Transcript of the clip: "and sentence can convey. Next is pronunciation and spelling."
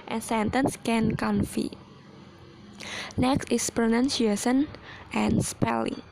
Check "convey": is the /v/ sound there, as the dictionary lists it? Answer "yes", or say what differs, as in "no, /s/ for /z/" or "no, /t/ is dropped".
no, /f/ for /v/